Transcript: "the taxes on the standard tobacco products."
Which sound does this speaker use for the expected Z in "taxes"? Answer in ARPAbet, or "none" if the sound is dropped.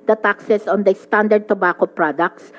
S